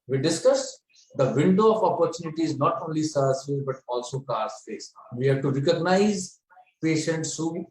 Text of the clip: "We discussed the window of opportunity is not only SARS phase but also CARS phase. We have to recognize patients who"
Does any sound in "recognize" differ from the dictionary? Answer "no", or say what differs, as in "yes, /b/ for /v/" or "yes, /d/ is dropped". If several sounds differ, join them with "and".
no